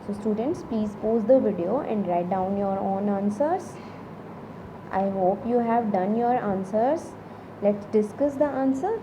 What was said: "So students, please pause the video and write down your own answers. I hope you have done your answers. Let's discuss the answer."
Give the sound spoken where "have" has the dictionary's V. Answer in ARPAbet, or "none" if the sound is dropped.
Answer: V